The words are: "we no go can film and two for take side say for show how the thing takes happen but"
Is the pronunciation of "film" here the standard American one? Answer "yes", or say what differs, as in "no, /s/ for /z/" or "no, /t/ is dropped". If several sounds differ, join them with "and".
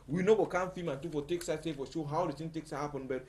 no, /l/ is dropped